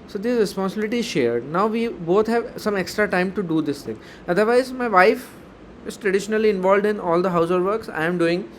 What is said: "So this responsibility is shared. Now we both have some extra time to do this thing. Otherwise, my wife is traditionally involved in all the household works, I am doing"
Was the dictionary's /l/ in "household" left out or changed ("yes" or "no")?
yes